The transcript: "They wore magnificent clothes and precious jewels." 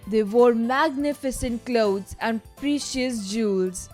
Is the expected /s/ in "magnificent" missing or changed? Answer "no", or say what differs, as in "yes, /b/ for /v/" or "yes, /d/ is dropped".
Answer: no